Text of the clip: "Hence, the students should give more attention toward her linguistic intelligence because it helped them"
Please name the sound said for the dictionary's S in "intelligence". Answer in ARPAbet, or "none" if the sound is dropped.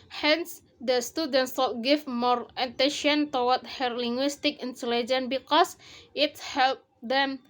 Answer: none